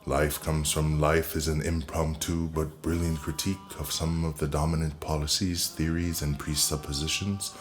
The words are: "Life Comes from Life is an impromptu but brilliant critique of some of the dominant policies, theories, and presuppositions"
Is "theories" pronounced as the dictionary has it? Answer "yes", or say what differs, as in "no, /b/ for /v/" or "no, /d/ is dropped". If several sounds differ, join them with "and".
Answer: yes